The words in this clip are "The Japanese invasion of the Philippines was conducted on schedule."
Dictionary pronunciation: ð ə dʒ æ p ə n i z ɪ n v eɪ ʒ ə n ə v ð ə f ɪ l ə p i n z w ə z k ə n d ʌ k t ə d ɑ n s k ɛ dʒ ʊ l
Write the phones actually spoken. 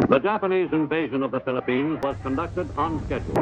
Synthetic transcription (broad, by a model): ð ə dʒ æ p ə n i z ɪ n v eɪ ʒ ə n ə v ð ə f ɪ l ə p i n z w ə z k ə n d ʌ k t ə d n s k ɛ dʒ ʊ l